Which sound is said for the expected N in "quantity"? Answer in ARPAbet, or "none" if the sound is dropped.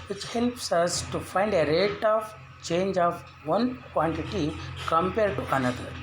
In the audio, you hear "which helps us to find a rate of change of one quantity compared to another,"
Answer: N